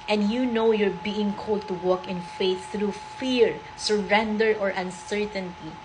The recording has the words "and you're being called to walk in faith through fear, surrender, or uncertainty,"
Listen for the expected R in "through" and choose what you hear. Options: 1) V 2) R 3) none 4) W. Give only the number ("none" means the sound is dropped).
2